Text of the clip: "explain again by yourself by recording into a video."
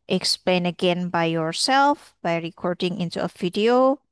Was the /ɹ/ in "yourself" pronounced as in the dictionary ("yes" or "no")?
yes